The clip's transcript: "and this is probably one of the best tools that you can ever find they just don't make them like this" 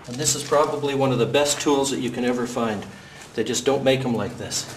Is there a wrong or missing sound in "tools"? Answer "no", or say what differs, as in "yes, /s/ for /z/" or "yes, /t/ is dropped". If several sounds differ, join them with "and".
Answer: no